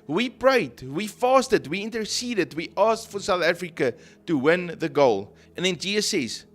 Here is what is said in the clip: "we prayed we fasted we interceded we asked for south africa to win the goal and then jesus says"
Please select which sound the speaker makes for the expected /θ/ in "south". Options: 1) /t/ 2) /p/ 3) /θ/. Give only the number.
3